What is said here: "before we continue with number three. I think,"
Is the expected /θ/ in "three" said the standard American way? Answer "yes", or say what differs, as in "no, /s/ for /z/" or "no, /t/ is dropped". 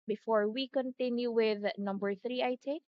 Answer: yes